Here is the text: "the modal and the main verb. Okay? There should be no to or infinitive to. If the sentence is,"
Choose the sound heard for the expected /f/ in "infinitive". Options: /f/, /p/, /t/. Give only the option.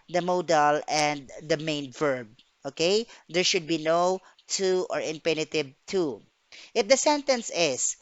/p/